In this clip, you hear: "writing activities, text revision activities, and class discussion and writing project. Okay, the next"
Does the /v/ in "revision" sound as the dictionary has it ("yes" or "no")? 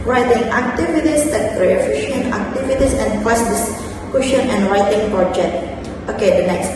no